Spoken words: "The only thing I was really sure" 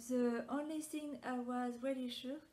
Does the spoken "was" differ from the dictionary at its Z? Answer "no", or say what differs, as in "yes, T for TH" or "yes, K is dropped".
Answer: no